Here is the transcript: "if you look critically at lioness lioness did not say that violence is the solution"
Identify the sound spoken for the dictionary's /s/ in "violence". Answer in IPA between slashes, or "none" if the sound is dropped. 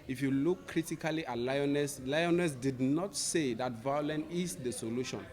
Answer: none